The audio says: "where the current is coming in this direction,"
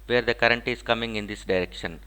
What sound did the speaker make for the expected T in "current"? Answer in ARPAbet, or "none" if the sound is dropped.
T